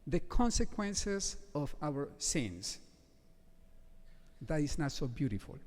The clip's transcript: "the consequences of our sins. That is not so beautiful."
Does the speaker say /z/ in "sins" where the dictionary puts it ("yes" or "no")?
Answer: no